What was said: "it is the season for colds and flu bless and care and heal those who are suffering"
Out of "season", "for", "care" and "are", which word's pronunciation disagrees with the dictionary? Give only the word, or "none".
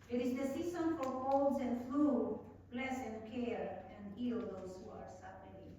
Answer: season